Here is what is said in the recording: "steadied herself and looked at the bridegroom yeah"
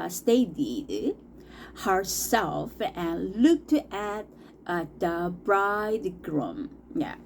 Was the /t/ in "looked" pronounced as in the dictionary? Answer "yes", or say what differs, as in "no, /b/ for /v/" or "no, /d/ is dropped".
yes